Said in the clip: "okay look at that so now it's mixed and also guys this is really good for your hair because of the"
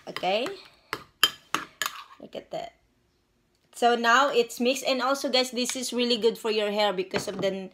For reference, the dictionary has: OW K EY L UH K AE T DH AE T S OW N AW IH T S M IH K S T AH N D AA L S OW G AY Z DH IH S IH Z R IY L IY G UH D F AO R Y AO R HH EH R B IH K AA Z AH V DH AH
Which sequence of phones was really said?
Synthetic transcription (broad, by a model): OW K EY L UH K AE T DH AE T S OW N AW IH T S M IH K S AH N D AA L S OW G AY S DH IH S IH S R IY L IY G UH D F AO R Y AO R HH EH R B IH K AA S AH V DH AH